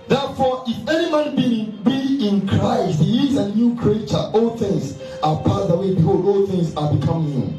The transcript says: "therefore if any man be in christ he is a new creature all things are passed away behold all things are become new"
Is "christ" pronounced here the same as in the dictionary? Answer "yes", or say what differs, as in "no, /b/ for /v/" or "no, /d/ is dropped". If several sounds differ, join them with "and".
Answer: yes